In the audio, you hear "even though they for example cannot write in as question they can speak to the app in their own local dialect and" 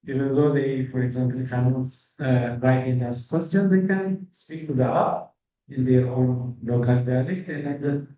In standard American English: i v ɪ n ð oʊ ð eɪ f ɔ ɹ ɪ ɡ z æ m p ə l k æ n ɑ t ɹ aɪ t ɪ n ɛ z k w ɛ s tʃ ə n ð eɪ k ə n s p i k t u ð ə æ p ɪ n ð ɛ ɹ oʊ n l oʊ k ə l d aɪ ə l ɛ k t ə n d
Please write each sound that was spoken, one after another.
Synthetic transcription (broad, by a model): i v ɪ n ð oʊ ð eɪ f ɔ ɹ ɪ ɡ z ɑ m p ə l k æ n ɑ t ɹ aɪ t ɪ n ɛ s k w ɛ s tʃ ə n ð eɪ k ə n s p i k t u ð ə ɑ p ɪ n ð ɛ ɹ oʊ n l oʊ k ə l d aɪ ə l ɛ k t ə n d